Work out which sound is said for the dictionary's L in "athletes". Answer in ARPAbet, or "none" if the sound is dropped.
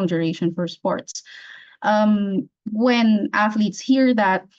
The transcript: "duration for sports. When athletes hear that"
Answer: L